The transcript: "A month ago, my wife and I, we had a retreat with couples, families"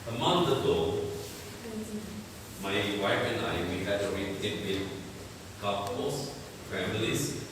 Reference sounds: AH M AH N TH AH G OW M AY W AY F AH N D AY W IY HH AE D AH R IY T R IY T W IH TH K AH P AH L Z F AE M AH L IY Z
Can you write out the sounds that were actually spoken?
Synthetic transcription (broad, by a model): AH M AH N T AH G OW M AY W AY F AH N D AY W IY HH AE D AH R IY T IY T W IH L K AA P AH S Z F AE M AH L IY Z